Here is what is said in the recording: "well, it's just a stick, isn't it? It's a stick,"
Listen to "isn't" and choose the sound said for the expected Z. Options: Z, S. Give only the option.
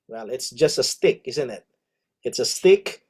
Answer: Z